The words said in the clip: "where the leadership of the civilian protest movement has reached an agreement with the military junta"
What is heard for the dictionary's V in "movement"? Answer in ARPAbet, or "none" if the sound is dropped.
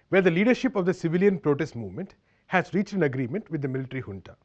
V